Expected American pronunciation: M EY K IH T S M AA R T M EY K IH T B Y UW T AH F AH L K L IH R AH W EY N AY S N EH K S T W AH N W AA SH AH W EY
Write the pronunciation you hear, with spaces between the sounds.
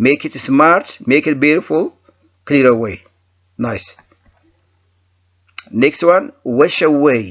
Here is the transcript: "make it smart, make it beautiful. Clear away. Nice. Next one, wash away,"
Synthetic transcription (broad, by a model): M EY K IH T S M AA R T M EY K IH T B Y UW T AH F AH L K L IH R AH W EY N AY S N EH K S T W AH N W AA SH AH W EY